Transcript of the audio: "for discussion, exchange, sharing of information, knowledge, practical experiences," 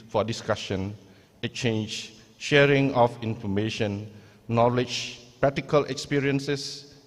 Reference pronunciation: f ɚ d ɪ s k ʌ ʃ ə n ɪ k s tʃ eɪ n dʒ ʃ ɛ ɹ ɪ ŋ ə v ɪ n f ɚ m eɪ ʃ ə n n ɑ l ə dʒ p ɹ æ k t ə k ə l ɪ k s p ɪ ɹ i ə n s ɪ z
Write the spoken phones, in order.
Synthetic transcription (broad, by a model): f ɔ d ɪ s k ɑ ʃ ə n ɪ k tʃ eɪ n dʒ ʃ ɛ ɹ ɪ ŋ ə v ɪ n f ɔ m eɪ ʃ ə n n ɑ l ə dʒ p ɹ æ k t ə k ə l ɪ k s p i ɹ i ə n s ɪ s